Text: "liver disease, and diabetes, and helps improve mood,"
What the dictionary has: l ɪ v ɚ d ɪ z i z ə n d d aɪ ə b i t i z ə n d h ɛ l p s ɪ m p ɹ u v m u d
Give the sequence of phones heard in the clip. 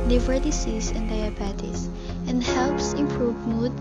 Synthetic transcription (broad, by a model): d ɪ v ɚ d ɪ s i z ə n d d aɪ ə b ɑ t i s ə n d h ɛ l p s ɪ m p ɹ u v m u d